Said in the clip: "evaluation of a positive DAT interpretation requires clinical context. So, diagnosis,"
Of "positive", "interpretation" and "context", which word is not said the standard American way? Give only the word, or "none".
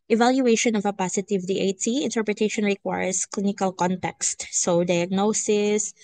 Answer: positive